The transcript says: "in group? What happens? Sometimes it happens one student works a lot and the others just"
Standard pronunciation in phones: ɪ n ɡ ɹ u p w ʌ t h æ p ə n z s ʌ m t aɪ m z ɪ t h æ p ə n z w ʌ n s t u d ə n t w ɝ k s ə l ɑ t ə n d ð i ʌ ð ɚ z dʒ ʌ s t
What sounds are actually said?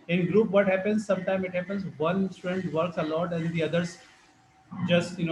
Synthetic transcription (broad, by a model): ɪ n ɡ ɹ u p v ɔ t h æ p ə n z s ʌ m t aɪ m ɪ t h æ p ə n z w ʌ n s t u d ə n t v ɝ k s ə l ɑ t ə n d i ʌ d ɚ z dʒ ʌ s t